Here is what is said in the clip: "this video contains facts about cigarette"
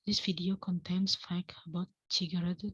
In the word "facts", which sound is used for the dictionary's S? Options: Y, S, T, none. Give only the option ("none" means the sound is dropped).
none